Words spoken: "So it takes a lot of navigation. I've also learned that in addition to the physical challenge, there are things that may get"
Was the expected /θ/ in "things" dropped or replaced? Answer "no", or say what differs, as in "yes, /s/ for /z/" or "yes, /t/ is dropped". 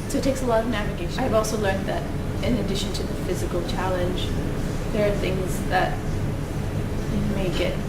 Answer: no